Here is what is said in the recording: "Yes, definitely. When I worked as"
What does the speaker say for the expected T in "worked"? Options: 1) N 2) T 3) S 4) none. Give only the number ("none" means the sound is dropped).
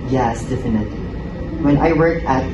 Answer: 4